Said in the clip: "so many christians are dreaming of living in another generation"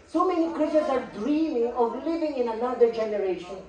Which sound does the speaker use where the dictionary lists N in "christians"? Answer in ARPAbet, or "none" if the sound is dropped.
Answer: none